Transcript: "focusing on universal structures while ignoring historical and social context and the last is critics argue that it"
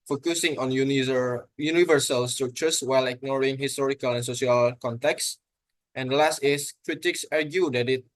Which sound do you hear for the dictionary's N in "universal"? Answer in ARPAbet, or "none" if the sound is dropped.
N